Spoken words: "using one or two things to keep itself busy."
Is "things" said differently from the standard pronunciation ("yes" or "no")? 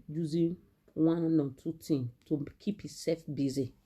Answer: yes